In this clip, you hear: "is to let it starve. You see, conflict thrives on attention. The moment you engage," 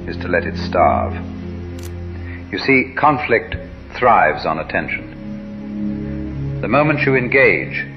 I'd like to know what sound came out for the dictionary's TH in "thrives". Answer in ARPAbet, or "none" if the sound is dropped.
TH